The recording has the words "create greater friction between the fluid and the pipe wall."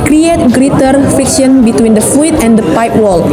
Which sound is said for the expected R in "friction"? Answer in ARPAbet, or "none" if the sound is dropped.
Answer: none